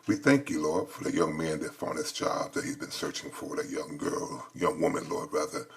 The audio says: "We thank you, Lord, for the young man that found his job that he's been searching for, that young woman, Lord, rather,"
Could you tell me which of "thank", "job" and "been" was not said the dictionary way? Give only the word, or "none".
job